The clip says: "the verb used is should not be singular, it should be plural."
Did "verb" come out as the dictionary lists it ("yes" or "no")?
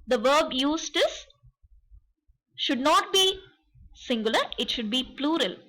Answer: yes